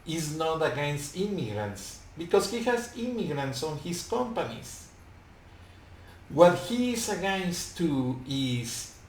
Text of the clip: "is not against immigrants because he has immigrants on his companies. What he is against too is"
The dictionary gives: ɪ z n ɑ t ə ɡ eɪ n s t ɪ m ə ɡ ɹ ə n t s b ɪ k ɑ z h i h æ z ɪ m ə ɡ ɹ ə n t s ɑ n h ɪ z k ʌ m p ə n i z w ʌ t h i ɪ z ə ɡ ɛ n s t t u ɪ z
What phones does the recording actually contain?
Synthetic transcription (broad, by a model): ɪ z n ɑ t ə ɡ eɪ n s t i m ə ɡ ɹ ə n t s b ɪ k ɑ s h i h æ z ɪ m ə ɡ ɹ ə n t s ɑ n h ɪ s k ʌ m p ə n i s w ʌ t h i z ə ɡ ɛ n s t t u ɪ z